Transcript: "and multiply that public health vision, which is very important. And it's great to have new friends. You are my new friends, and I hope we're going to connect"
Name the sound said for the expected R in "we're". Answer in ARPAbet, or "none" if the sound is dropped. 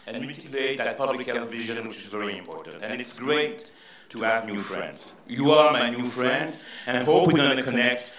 W